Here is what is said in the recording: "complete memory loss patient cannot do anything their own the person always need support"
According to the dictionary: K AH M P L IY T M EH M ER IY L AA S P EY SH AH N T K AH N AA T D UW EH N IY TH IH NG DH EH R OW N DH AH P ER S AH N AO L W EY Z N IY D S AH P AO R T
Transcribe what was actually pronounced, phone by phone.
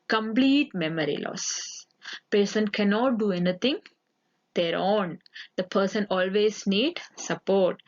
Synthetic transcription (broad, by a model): K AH M P L IY T M EH M ER IY L AA S P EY S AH N K AH N AA T D UW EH N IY T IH NG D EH R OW N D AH P ER S AH N AO L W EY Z N IY D S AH P AO R T